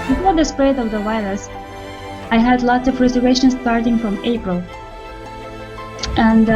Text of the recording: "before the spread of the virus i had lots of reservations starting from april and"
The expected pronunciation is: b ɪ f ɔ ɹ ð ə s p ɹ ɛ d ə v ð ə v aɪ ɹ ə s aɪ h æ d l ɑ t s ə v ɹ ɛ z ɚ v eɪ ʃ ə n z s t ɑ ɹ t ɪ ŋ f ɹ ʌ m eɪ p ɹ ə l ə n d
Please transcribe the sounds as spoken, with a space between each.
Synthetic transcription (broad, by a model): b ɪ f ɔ ɹ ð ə s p ɹ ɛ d ə v ð ə w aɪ l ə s aɪ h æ d l ɑ t s ə v ɹ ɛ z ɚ v eɪ ʃ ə n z s t ɑ ɹ t ɪ ŋ f ɹ ʌ m eɪ p ɹ ə l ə n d